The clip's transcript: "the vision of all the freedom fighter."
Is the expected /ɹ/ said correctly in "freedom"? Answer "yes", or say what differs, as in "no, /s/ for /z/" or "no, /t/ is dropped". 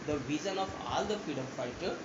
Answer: no, /ɹ/ is dropped